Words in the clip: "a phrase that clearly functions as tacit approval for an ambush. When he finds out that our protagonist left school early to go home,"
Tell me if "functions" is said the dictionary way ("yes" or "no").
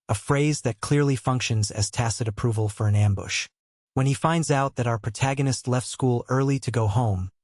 yes